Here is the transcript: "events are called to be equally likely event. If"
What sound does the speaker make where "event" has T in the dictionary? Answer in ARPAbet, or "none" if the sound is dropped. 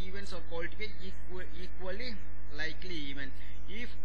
none